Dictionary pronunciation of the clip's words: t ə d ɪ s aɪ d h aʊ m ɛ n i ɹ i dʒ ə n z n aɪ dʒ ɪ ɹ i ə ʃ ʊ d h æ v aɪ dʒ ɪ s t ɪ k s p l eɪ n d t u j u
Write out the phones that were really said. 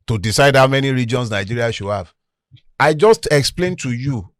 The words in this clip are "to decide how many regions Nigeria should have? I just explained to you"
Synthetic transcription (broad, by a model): t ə d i s aɪ d h aʊ m ɛ n i ɹ i dʒ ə n s n aɪ dʒ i ɹ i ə ʃ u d h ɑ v aɪ dʒ ɪ s t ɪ k s p l eɪ n t u j u